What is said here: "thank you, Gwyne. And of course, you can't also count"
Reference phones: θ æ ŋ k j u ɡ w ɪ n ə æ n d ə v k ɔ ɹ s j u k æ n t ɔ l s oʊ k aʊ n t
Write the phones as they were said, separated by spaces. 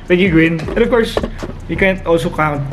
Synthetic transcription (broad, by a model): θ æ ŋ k j u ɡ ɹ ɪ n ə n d ə v k ɔ ɹ s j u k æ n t ɔ l s oʊ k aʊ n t